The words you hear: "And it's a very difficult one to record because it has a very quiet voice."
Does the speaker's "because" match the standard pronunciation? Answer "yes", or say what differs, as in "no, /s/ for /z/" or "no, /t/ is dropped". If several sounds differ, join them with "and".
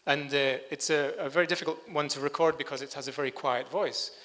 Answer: yes